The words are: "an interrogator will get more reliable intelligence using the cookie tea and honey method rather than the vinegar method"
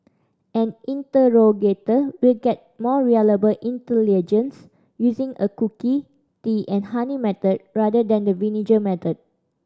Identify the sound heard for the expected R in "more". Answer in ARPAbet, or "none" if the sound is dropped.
R